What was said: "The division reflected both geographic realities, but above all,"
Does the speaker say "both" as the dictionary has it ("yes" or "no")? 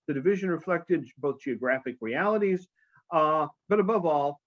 yes